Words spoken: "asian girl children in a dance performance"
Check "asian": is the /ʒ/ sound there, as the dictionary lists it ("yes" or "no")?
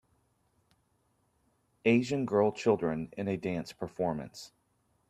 yes